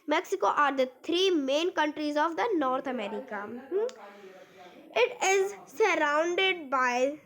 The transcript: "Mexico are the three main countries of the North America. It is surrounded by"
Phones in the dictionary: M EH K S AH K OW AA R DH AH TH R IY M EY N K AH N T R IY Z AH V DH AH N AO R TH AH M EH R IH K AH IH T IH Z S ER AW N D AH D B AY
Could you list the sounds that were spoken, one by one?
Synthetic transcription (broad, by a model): M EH K S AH K OW AA R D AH T R IY M EY N K AH N T R IY Z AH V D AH N AO R T AH M EH R IH K AH IH T IH Z S ER AW N D AH D B AY